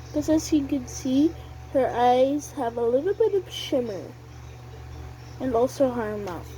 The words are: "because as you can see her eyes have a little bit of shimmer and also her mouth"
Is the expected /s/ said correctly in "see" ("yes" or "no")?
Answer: yes